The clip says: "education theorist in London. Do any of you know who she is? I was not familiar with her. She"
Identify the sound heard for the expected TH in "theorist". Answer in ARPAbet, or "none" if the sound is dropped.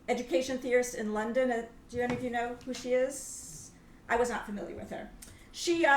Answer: TH